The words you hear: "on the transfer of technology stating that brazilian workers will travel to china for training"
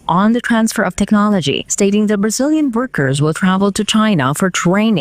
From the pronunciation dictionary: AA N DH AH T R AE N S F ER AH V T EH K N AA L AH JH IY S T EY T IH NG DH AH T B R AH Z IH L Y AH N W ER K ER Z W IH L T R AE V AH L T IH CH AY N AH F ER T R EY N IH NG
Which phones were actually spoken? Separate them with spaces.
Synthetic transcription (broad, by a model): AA N DH AH T R AE N S F ER AH V T EH K N AA L AH JH IY S T EY T IH NG DH AH T B R AH Z IH L Y AH N W ER K ER Z W IH L T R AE V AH L T IH CH AY N AH F ER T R EY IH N